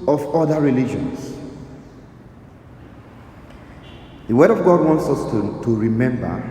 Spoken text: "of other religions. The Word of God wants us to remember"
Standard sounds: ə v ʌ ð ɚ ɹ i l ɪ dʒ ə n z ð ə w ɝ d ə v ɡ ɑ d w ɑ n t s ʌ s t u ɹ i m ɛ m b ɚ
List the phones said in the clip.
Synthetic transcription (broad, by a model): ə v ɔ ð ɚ ɹ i l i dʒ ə n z ð ə w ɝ d ə v ɡ ɑ d w ɑ n t s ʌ s t u ɹ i m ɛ m b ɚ